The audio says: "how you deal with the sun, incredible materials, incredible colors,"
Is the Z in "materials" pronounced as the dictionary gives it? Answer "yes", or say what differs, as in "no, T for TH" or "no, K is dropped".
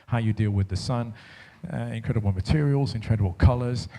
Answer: yes